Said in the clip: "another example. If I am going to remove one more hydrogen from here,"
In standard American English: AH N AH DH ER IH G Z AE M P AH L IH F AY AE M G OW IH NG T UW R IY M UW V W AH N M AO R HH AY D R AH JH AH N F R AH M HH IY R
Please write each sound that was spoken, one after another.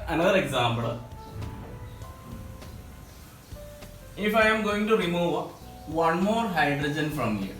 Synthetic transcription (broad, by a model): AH N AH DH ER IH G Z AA M B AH L IH F AY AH M G OW IH NG T UW R IY M UW V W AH N M AO R HH AY D R AH JH AH N F R AH M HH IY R